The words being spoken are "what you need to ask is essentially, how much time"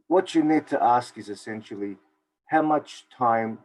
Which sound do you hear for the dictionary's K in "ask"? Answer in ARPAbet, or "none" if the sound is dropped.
K